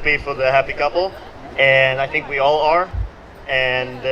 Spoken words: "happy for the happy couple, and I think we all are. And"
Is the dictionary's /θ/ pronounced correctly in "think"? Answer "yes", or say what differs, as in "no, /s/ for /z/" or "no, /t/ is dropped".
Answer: yes